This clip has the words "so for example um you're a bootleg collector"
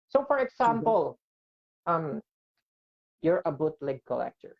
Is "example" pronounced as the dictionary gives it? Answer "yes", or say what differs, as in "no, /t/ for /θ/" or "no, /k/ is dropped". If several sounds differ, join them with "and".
no, /s/ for /z/